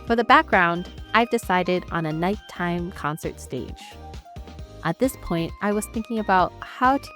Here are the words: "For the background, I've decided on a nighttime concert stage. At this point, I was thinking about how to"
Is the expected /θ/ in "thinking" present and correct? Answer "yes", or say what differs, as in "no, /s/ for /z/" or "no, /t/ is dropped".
yes